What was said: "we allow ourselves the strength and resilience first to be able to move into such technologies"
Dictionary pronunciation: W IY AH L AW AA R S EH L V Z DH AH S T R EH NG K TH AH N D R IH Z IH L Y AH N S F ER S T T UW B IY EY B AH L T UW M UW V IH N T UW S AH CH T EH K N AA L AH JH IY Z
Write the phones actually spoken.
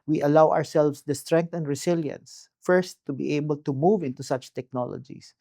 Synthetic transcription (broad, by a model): W IY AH L AW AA R S EH L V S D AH S T R EH NG K T AH N D R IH S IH L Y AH N S F ER S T T UW B IY EY B AH L T UW M UW V IH N T UW S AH CH T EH K N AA L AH JH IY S